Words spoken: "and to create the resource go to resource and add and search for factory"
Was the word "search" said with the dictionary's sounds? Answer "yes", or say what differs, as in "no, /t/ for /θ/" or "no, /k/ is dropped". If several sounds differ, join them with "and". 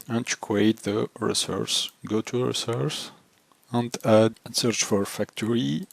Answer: yes